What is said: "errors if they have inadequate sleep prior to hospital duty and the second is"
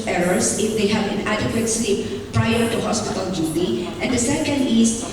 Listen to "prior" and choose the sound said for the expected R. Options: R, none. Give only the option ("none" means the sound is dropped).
R